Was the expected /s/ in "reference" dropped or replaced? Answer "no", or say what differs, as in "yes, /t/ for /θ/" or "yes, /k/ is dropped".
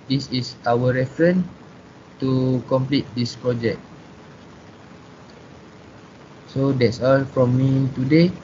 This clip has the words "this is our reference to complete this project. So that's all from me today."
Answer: yes, /s/ is dropped